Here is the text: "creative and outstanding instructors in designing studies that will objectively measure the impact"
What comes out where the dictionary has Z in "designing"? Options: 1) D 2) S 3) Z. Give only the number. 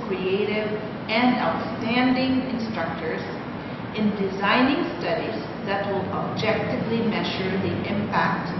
3